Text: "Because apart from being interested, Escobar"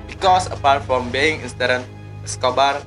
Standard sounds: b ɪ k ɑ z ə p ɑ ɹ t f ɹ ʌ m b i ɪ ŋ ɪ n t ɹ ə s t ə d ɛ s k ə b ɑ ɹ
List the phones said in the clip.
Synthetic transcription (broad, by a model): b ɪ k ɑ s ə p ɑ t f ɹ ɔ m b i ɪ ŋ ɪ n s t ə t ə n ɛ s k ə b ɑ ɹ